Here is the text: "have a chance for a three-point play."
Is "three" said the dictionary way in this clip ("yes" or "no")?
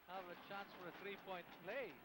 yes